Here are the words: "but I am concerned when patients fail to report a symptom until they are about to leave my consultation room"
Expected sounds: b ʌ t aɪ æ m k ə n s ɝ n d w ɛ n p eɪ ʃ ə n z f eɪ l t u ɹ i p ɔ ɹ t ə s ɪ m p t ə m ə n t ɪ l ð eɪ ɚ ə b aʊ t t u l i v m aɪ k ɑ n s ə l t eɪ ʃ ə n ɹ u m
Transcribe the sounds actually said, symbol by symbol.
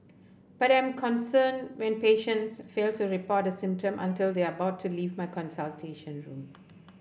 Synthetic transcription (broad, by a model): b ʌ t aɪ m k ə n s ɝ n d w ɛ n p eɪ ʃ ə n s f eɪ l t u ɹ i p ɔ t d ə s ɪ m p t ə m ə n t ɪ l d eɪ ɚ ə b aʊ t t u l i v m aɪ k ɑ n s ə l t eɪ ʃ ə n ɹ u m